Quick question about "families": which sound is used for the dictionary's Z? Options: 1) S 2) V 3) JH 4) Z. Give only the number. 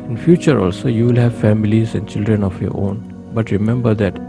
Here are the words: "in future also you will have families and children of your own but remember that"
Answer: 4